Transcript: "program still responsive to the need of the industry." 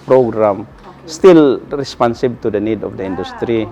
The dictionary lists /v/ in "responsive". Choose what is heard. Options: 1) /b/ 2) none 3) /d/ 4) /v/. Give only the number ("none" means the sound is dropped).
1